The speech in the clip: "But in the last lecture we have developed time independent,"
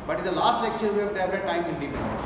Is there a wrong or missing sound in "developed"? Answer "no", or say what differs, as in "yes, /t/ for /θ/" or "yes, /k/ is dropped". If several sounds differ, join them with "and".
yes, /v/ is dropped and /p/ is dropped